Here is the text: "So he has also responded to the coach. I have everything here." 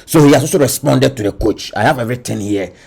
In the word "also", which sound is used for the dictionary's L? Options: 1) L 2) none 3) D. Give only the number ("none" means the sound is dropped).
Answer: 2